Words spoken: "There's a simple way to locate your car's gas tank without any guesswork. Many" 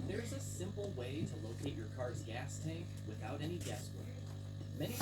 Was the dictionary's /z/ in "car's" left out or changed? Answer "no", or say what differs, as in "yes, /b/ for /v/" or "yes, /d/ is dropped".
no